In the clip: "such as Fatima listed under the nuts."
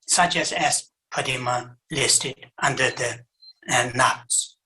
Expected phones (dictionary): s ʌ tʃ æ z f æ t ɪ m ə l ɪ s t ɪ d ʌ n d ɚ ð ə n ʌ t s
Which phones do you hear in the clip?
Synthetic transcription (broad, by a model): s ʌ tʃ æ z p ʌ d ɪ m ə l ɪ s t ɪ d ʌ n d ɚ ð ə n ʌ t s